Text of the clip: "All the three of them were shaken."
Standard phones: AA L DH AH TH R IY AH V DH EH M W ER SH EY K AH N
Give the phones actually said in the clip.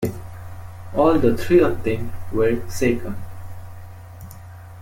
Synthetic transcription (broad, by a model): AA L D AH T R IY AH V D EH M W ER S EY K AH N